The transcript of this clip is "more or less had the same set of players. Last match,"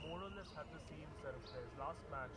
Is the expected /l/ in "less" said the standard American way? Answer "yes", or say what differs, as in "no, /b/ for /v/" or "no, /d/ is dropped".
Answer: no, /n/ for /l/